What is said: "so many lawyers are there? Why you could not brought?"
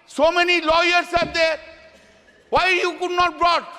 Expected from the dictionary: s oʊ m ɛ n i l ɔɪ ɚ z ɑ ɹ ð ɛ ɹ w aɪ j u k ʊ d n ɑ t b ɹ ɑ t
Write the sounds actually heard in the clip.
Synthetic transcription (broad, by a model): s oʊ m ɛ n i l ɔɪ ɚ s ɑ ɹ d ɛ ɹ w aɪ j u k ʊ d n ɑ t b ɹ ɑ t